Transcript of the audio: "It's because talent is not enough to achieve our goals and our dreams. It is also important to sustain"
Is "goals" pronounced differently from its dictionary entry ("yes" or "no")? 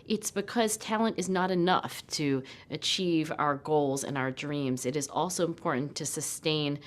no